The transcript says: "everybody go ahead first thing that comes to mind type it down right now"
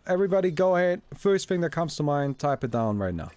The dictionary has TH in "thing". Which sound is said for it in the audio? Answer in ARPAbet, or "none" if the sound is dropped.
TH